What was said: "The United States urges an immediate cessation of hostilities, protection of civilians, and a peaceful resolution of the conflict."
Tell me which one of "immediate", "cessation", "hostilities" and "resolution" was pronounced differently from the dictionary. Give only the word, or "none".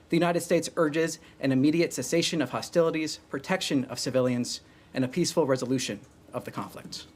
none